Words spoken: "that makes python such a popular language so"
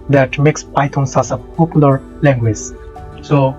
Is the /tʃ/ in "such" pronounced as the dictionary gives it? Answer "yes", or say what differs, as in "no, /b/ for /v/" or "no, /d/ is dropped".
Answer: no, /s/ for /tʃ/